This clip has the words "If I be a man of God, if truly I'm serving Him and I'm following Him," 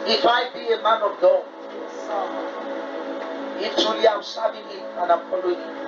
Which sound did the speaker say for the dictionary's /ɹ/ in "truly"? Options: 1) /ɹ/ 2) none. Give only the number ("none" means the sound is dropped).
2